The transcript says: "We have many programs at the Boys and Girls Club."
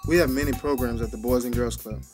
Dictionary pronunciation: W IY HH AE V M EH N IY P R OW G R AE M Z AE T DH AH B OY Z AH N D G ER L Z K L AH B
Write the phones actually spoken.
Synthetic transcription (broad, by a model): W IY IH V M EH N IY P R OW G R AE M Z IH T DH AH B OY Z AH N G ER L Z K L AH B